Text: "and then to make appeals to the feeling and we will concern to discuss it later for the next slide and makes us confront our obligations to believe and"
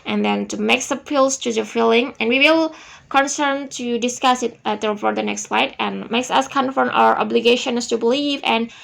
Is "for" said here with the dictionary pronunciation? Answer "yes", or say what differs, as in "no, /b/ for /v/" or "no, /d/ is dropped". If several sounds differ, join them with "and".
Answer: no, /p/ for /f/